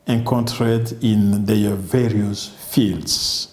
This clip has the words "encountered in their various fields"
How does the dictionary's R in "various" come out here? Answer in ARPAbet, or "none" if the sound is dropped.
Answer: R